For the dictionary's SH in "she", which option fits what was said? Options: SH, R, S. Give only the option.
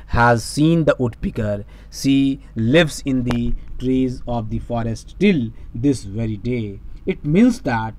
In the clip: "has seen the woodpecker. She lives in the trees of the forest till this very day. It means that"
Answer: S